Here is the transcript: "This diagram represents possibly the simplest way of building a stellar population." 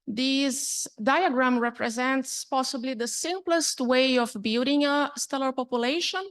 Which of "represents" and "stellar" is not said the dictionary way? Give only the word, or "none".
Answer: none